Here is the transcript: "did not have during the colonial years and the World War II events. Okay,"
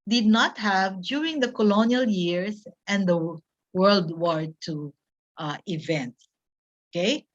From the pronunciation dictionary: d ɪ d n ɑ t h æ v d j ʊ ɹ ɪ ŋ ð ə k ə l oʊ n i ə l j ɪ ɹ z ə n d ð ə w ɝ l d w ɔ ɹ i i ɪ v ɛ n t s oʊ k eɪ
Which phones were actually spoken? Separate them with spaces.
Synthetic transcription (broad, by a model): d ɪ d n ɑ t h æ v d j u ɹ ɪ ŋ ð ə k ə l oʊ n i ə l j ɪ ɹ s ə n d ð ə w ɝ l d w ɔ ɹ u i ɪ v ɛ n t s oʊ k eɪ